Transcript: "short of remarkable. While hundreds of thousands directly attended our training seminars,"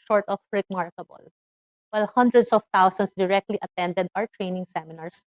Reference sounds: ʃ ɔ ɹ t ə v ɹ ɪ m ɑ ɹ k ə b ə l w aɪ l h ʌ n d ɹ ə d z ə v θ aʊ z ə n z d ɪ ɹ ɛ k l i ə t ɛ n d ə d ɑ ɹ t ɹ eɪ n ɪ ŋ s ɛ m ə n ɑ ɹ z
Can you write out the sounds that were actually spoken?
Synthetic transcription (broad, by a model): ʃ ɔ ɹ t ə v ɹ ɪ m ɑ ɹ k ə b ə l w aɪ l h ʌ n d ɹ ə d s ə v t aʊ s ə n s d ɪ ɹ ɛ k l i ə t ɛ n d ə d ɑ ɹ t ɹ eɪ n ɪ ŋ s ɛ m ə n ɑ ɹ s